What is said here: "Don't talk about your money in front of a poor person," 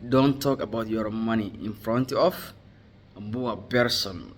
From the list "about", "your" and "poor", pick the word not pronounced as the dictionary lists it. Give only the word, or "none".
poor